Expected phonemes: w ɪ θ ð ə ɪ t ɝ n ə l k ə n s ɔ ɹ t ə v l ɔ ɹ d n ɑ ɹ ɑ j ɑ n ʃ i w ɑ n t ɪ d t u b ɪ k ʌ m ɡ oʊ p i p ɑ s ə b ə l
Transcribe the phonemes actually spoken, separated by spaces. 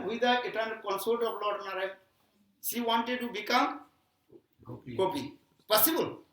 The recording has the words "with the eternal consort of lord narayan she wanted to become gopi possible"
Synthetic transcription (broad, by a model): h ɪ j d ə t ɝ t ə n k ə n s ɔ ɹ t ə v l ɔ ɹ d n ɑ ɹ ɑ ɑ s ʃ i w ɑ n t ɪ d t u b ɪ k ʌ m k oʊ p i p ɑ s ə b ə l